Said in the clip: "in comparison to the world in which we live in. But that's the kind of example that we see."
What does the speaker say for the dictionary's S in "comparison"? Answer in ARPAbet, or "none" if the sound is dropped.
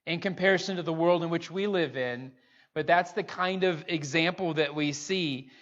S